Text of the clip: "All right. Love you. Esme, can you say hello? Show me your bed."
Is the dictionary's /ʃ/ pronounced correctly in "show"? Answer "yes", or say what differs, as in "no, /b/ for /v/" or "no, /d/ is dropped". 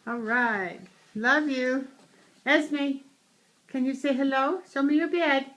no, /s/ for /ʃ/